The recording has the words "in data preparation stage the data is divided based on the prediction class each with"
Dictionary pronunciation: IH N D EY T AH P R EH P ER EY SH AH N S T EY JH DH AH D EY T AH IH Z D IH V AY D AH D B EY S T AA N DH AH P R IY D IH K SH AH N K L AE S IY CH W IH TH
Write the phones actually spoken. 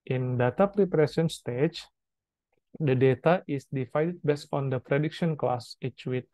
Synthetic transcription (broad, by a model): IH N D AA T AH P R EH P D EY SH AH N S T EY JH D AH D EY T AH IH S D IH F AY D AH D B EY S AA N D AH P R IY D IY K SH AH N K L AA S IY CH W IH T